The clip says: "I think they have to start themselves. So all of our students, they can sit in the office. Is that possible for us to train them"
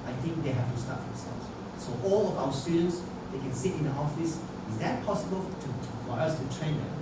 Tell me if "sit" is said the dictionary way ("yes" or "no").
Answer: yes